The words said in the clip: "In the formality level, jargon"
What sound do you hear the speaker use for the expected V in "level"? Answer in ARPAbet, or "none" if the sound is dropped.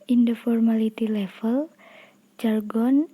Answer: F